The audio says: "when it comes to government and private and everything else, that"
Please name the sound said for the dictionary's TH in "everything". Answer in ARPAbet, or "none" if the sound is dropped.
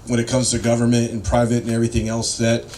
TH